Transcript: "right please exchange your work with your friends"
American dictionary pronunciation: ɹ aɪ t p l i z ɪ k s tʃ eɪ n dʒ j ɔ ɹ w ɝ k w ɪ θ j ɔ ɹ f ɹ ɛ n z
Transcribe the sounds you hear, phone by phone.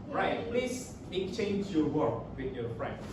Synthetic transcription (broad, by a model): ɹ aɪ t p l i s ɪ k tʃ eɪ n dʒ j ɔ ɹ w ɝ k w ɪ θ j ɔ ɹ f ɹ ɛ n